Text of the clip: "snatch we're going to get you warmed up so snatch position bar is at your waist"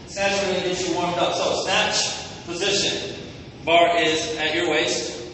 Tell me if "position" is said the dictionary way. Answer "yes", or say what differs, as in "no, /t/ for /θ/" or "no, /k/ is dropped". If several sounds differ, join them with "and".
yes